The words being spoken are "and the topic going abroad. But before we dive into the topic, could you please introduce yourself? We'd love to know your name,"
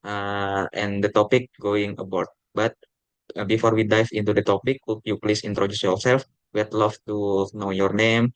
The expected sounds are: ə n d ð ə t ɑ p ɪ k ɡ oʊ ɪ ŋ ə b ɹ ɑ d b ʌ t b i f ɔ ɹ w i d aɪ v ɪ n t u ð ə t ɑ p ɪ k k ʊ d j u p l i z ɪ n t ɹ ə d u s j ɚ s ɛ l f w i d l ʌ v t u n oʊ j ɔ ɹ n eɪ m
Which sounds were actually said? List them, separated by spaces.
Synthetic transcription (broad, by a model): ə n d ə t ɑ p ɪ k ɡ oʊ ɪ ŋ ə b ɑ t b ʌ t b i f ɔ ɹ w i d aɪ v ɪ n t u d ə t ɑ p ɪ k k j u p l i s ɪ n t ɹ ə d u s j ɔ s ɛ l f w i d l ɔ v t u n oʊ j ɔ ɹ n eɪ m